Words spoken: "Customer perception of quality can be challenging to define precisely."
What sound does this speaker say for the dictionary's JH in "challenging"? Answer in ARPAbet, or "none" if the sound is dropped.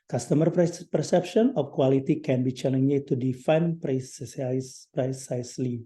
none